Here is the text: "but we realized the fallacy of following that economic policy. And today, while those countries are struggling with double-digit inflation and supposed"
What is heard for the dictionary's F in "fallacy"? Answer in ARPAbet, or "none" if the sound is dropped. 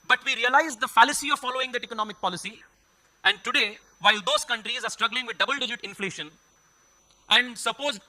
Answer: F